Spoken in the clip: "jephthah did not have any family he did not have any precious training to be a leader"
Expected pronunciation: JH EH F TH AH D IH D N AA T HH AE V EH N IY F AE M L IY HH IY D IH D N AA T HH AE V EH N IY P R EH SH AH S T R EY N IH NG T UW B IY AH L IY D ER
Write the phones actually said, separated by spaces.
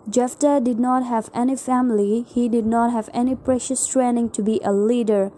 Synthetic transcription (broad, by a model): JH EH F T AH D IH D N AA T HH AE V EH N IY F AE M L IY HH IY D IH D N AA T HH AE V EH N IY P R EH SH AH S T R EY N IH NG T UW B IY AH L IY D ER